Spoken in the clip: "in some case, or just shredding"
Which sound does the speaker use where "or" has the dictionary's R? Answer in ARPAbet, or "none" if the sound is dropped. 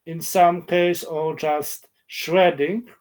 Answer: L